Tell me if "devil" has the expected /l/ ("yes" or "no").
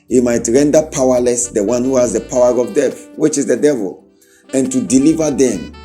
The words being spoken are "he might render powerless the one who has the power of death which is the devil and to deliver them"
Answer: yes